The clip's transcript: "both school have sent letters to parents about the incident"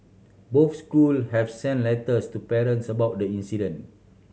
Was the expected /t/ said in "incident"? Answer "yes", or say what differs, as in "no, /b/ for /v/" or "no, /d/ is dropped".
no, /t/ is dropped